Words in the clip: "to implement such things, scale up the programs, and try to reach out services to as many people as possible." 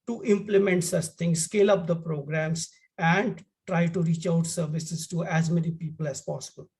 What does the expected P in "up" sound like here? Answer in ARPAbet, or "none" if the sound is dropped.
P